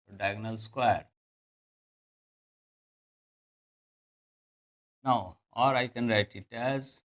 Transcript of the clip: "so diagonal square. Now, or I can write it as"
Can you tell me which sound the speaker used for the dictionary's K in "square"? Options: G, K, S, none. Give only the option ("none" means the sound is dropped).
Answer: K